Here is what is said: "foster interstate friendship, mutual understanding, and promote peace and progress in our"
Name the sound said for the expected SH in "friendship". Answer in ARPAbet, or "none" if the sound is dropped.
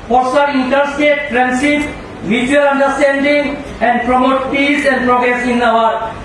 S